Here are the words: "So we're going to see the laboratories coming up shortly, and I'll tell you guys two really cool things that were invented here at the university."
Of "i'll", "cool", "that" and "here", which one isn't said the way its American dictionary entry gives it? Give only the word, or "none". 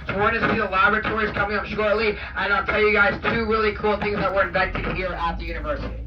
none